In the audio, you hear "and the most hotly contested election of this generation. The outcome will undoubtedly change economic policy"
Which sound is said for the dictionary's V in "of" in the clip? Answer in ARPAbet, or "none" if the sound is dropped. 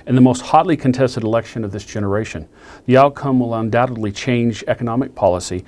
V